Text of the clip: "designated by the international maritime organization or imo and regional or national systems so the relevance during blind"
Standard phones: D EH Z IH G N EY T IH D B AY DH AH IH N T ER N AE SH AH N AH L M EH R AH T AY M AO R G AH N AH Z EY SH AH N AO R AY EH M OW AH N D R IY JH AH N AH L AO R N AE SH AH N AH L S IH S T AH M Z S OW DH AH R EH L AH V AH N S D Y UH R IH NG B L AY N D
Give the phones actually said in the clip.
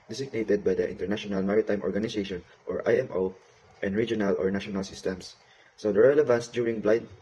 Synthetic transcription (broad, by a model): D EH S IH G N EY T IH D B AY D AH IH N T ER N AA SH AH N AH L M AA R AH T AY M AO R G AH N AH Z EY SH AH N AO R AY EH M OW AH N D R IY JH AH N AH L AO R N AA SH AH N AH L S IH S T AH M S S OW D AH R EH L AH V AH N S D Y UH R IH NG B L AY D